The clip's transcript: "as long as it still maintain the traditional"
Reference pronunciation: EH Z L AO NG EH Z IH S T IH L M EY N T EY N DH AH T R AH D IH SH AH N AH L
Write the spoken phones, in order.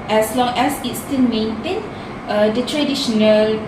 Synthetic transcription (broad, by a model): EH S L AO NG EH S IH S T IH N M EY N T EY N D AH T R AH D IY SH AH N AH L